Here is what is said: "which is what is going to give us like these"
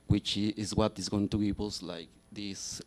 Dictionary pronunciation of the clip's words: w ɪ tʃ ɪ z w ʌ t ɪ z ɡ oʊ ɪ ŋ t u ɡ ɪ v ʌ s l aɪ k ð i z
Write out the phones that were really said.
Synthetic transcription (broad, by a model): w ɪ tʃ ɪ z w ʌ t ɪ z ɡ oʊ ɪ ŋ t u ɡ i p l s l aɪ k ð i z